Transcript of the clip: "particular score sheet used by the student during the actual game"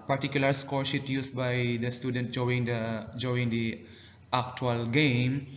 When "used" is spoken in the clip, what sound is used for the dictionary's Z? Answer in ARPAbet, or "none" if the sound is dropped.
S